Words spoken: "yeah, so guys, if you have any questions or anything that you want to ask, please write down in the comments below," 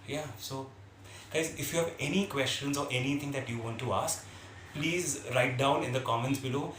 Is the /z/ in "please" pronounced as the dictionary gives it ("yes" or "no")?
yes